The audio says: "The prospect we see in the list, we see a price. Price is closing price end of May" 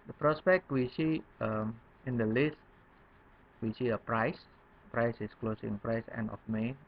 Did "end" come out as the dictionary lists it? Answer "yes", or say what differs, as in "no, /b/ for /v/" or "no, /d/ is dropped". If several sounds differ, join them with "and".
no, /d/ is dropped